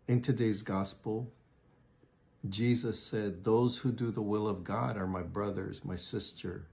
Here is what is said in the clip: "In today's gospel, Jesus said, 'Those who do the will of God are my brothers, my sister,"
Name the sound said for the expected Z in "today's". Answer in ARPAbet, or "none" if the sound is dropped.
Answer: Z